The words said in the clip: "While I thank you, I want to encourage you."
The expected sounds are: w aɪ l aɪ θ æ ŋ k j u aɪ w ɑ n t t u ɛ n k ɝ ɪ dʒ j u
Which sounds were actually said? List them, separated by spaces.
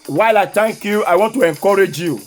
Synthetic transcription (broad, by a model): w aɪ l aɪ t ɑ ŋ k j u aɪ w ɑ n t t u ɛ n k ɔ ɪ dʒ j u